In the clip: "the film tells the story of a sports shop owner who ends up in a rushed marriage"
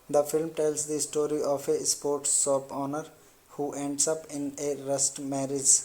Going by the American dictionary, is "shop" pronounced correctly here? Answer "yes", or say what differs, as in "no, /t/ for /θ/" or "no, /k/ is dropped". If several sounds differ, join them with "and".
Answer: no, /s/ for /ʃ/